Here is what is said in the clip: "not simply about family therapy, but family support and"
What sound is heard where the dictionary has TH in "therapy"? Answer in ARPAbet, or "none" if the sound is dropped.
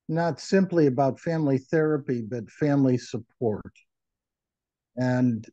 TH